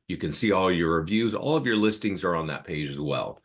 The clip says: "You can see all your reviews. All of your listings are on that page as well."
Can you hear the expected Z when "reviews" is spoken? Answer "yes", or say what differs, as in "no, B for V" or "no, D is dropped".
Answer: yes